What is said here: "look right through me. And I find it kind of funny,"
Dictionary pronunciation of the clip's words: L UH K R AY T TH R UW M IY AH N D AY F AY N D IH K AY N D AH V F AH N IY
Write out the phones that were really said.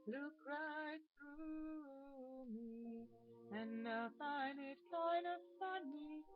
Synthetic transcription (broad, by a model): L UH K R AY T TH R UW M IY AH N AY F AY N IH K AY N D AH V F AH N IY